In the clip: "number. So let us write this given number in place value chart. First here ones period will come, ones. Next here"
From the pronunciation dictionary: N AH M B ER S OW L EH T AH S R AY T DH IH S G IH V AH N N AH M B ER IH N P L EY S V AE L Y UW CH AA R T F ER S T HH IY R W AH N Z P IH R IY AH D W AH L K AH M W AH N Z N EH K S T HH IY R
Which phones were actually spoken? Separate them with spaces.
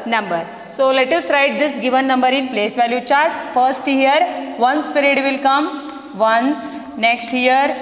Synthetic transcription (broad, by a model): N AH M B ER S OW L EH T AH S R AY T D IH S G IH V AH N N AH M B ER IH N P L EY S V AE L Y UW CH AA R T F ER S T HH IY R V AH N S P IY R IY D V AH L K AH M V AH N S N EH K S T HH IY R